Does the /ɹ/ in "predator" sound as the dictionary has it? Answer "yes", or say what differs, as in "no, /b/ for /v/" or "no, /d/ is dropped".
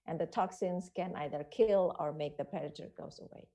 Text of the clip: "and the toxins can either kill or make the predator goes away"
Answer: no, /ɹ/ is dropped